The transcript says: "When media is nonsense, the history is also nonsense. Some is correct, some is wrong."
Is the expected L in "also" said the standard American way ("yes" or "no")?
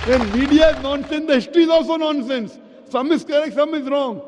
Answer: yes